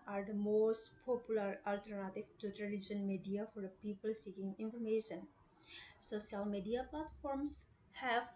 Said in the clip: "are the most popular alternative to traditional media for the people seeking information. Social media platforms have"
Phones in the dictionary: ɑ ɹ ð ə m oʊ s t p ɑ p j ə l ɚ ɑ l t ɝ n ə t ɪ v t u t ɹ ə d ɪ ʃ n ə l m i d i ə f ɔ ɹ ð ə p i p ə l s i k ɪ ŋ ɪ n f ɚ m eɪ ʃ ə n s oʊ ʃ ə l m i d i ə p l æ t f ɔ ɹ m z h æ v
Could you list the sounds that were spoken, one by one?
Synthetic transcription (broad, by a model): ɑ ɹ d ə m oʊ s t p ɑ p j ə l ɚ ɑ l t ɝ n ə t ɪ v t u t l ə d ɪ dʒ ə n m i d i ə f ɔ ɹ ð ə p i p ə l s i k ɪ ŋ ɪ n f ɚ m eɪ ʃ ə n s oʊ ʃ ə l m i d i ə p l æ t f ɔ ɹ m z h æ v